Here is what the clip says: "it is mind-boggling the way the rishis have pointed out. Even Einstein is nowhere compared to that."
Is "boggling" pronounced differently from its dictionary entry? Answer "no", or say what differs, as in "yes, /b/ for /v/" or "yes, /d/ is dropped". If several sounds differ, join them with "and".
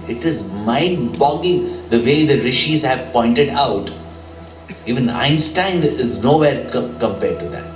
yes, /l/ is dropped